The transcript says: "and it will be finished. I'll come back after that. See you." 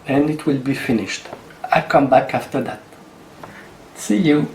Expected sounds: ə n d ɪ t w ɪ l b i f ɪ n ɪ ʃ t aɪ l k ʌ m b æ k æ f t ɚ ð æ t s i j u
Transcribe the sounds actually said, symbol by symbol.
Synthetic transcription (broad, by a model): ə n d ɪ t w ɪ l b i f ɪ n ɪ ʃ t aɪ k ʌ m b æ k æ f t ɚ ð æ t s i j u